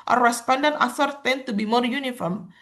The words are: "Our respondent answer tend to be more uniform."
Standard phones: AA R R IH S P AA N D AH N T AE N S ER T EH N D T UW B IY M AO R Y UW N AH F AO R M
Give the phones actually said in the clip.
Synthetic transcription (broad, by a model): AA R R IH S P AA N D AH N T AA S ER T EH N T UW B IY M AO R Y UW N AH F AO R M